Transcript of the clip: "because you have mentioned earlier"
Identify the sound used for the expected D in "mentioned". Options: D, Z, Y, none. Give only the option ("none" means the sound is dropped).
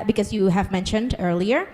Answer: D